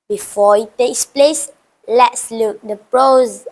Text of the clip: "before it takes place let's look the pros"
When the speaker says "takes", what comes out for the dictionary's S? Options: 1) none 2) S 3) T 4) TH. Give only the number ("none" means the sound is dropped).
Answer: 2